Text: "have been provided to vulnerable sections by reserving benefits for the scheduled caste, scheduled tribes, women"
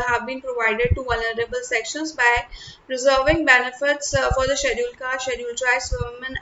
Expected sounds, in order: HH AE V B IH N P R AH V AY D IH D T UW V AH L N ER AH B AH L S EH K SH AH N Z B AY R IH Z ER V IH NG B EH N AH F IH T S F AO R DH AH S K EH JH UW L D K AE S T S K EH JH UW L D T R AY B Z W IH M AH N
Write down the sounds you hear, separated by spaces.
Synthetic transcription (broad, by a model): HH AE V B IH N P R AH V AY D IH D T UW V AH L N ER AH B AH L S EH K SH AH N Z B AY R IH Z ER V IH NG B EH N AH F IH T S F AO R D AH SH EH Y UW L K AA T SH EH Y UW L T R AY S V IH M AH N